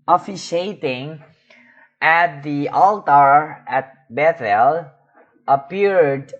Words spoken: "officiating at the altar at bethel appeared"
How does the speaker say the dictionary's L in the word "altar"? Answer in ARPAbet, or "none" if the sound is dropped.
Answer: L